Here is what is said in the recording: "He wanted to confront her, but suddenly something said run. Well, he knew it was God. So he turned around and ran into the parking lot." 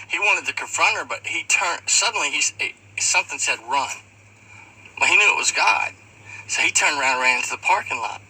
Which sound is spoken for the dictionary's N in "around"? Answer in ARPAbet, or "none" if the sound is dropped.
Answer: none